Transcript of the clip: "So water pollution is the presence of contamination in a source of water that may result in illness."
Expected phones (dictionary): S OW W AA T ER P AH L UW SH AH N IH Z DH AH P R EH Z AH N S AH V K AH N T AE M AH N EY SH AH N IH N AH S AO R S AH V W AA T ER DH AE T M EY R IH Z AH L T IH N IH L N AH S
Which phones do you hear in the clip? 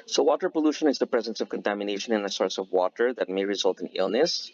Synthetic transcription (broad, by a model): S OW W AA T ER P AH L UW SH AH N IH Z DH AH P R EH Z AH N S AH V K AH N T AE M AH N EY SH AH N IH N AH S AO R S AH V W AA T ER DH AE T M EY R IH Z AH L T IH N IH L N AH S